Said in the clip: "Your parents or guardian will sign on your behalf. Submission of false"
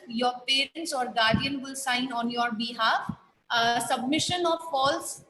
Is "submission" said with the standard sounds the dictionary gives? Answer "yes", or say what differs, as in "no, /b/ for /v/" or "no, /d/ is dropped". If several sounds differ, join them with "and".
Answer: yes